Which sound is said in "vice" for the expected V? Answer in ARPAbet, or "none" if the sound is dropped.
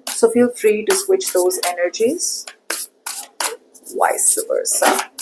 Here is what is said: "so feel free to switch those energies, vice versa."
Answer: W